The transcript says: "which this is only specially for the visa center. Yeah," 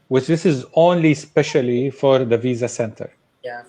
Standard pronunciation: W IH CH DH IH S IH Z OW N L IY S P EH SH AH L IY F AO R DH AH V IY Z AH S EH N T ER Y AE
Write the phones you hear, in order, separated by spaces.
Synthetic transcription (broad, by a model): W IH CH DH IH S IH Z OW N L IY S P EH SH AH L IY F AO R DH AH V IY Z AH S EH N T ER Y